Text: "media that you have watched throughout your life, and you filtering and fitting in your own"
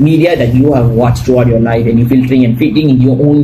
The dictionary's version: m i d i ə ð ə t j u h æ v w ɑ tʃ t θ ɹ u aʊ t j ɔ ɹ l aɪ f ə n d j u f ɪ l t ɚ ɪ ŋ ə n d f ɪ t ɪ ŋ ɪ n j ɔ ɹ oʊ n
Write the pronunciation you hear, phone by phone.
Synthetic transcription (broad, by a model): m i d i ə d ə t j u h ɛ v w ɑ tʃ t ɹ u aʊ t j ɔ l aɪ f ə n j u f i l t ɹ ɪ ŋ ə n f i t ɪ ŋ ɪ n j ɔ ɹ oʊ n